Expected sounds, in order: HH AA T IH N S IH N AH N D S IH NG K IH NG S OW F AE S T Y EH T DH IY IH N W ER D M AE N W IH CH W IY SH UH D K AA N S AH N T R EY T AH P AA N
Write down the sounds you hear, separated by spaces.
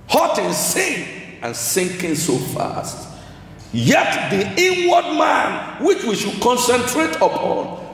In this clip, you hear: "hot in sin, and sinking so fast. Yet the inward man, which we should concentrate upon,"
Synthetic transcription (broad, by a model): HH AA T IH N S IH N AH N S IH NG K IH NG S OW F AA S T Y EH T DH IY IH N W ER D M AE N W IH CH W IY SH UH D K AA N S AH N T R EY T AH P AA N